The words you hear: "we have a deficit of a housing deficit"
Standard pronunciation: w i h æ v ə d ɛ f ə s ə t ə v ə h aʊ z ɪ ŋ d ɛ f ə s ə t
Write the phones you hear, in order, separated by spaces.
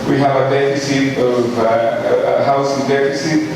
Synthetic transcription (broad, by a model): w i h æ v ə d ɛ f ə s ə t ə v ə h aʊ s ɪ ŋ d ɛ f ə s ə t